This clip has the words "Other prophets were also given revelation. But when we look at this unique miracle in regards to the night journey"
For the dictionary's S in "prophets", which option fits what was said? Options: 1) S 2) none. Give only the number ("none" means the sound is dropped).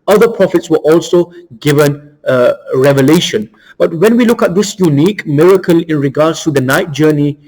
1